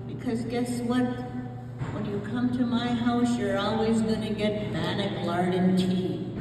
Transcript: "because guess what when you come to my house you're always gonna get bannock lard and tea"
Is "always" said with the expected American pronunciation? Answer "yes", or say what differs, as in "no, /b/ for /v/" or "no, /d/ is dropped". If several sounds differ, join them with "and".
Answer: yes